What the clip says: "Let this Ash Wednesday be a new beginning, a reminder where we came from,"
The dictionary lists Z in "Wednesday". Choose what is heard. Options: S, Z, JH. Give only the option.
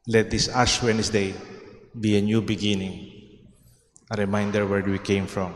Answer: S